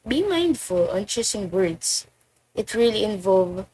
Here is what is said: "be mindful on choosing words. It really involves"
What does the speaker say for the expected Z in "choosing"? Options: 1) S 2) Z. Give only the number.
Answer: 1